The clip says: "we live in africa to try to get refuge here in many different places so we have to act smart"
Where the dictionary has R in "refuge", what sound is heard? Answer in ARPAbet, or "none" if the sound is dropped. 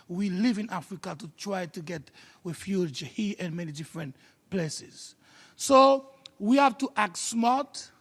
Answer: W